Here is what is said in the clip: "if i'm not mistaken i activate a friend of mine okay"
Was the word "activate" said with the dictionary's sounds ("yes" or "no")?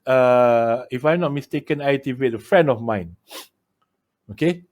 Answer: no